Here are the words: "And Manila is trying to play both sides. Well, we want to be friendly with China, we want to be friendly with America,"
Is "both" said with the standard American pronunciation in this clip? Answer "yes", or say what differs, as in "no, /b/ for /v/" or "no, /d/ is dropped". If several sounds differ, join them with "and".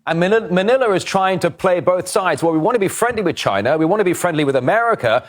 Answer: yes